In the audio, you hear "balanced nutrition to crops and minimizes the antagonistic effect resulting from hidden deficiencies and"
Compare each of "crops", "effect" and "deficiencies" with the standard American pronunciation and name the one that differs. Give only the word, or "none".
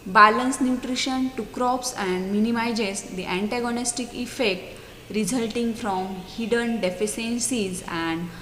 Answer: deficiencies